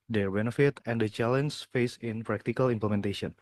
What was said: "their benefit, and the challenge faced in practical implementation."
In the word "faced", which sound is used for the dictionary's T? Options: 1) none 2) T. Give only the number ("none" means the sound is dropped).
1